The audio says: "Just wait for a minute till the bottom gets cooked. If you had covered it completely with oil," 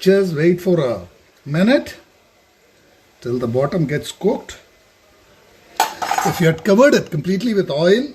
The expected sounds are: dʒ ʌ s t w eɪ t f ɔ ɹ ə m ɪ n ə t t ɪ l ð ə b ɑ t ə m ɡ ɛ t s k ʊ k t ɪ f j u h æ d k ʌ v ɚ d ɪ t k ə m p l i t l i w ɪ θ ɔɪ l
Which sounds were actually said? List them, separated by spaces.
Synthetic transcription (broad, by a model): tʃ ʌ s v eɪ t f ɔ ɹ ə m ɪ n ə t t ɪ l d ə b ɑ t ə m ɡ ɛ t s k ʊ k t ɪ f j u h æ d k ʌ v ɚ d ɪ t k ə m p l i t l i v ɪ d ɔɪ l